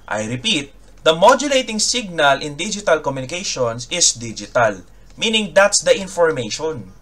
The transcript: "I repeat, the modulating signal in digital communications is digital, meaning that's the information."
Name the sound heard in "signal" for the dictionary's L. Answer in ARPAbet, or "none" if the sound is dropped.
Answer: L